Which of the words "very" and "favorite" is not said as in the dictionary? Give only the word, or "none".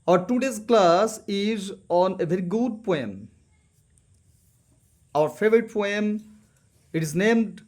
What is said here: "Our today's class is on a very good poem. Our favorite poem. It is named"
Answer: none